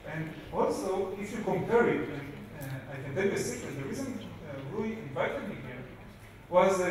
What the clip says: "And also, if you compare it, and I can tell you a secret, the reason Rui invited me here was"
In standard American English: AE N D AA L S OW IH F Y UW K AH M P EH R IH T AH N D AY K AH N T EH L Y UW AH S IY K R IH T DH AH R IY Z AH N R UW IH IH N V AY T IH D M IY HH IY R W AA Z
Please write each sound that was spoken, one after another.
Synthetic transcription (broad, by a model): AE N D AA L S OW IH F Y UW K AH M P EH R IH T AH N AY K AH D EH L AH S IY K IH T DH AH R IY Z AH N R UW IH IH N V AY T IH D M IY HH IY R W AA Z